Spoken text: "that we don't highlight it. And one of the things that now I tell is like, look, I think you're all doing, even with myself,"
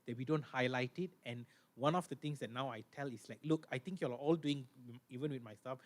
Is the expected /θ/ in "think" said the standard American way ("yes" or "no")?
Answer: no